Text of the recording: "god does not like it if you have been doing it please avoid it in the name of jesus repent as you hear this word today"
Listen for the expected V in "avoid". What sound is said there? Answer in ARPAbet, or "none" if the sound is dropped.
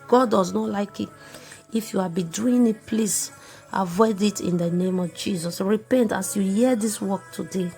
V